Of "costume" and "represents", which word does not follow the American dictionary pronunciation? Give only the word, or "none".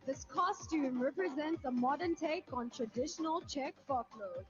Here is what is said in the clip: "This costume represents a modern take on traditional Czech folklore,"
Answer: none